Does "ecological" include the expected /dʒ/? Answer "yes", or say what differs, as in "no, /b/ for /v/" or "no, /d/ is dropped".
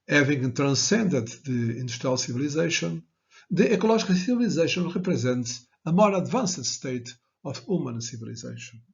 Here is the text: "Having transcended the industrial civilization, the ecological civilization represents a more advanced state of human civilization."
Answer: no, /ʒ/ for /dʒ/